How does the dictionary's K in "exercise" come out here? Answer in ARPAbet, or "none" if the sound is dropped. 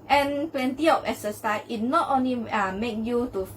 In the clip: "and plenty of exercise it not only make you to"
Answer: none